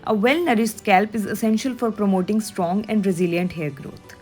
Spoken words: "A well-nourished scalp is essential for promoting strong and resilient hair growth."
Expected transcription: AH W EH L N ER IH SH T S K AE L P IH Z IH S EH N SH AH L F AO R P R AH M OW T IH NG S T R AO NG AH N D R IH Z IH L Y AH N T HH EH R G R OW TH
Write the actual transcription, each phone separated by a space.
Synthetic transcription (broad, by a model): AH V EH L N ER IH S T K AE L P IH Z IH S EH N SH AH L F AO R P R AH M OW T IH NG S T R AO NG AH N D R IH Z IH L Y AH N T HH EH R G R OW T